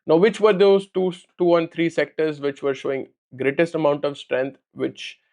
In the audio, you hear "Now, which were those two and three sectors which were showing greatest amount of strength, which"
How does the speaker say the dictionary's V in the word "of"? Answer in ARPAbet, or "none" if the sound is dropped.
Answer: V